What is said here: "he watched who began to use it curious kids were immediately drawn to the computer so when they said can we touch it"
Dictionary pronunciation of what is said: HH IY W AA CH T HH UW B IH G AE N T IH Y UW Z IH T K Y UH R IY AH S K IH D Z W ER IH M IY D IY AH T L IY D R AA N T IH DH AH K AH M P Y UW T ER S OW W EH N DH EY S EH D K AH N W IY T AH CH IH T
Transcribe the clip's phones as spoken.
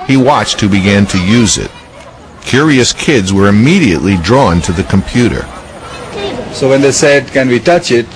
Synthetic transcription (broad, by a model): HH IY W AA CH T HH UW B IH G AE N T IH Y UW Z IH T K Y UH R IY AH S K IH D Z W ER IH M IY D IY AH T L IY D R AA N T IH DH AH K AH M P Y UW T ER S OW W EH N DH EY S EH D K AH N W IY T AH CH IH T